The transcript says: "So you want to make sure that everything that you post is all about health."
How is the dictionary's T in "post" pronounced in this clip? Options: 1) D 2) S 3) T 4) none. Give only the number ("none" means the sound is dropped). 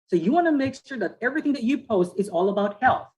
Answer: 3